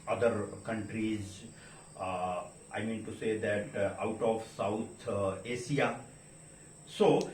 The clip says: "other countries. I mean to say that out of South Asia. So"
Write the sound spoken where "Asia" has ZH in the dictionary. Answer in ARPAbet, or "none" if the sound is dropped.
SH